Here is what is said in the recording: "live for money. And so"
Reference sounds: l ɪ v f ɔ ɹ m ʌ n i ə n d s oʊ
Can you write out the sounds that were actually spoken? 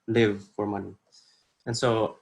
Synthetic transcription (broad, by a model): l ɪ v f ɔ ɹ m ʌ n i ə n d s oʊ